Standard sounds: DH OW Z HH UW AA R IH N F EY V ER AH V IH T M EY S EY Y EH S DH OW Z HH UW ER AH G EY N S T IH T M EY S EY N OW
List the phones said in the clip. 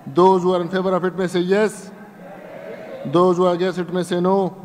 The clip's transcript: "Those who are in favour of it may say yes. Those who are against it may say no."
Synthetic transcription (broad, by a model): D OW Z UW AA R IH N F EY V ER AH F IH T M EY S EY Y EH S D OW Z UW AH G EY S IH T M EY S EY N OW